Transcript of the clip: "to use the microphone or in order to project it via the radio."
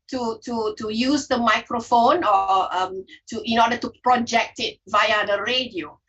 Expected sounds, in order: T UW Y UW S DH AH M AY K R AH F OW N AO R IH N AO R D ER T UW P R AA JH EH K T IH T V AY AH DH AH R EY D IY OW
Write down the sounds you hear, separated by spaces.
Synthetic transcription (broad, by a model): T UW Y UW S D AH M AY K R AH F OW N AO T IH N AO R D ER T UW P R AA JH EH K T IH T V AY AH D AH R EY D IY OW